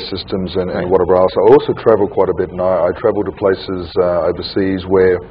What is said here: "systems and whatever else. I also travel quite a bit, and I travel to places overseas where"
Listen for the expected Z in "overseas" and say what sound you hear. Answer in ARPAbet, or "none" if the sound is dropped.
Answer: Z